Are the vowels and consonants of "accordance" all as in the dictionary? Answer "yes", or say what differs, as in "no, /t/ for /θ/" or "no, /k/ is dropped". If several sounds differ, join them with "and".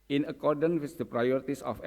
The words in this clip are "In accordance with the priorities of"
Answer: no, /s/ is dropped